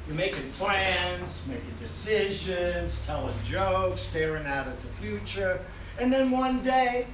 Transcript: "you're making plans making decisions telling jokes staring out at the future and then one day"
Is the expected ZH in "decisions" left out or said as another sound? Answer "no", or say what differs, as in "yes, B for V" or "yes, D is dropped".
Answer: no